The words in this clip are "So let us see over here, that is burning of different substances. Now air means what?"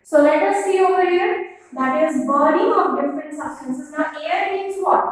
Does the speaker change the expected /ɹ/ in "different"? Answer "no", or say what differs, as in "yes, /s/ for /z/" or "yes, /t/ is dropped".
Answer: no